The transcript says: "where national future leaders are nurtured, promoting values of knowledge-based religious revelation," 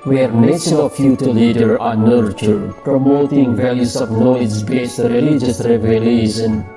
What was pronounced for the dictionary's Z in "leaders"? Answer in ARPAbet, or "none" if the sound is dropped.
none